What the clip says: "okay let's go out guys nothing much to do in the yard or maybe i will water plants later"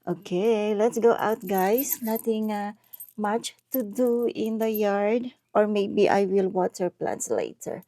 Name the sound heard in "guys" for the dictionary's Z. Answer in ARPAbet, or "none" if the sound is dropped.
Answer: S